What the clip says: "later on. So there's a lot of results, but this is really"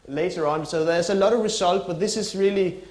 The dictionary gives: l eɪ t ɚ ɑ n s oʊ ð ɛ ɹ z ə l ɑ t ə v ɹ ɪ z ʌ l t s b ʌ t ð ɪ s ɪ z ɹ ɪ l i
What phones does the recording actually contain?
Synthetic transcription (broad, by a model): l eɪ t ɚ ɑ n s oʊ ð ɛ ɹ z ə l ɑ t ə v ɹ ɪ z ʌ l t b ʌ t ð ɪ s ɪ z ɹ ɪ l i